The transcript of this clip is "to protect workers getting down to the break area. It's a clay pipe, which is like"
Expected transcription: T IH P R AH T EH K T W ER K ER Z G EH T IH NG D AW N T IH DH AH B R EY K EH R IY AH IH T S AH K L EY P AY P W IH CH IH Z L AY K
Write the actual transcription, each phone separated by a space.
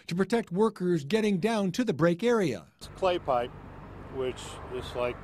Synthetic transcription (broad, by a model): T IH P R AH T EH K T W ER K ER Z G EH T IH NG D AW N T IH DH AH B R EY K EH R IY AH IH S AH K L EY P AY P W IH CH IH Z L AY K